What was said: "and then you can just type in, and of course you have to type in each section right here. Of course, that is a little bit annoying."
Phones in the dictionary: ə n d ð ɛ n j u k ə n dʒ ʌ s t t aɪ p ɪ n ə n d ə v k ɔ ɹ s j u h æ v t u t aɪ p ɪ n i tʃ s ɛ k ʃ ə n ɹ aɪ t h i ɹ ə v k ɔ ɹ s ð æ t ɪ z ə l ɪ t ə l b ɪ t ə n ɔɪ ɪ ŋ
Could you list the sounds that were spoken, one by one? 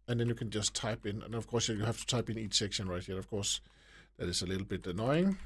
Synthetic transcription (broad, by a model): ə n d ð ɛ n j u k ə n dʒ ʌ s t t aɪ p ɪ n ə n ə v k ɔ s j j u h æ f t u t aɪ p ɪ n i tʃ s ɛ k ʃ ə n ɹ aɪ t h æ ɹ ə v k ɔ ɹ s ð æ t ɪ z ə l ɪ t l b ɪ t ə n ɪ ɪ ŋ